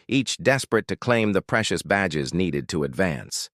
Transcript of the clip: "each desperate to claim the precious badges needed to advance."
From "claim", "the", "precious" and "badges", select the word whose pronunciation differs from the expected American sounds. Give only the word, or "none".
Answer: none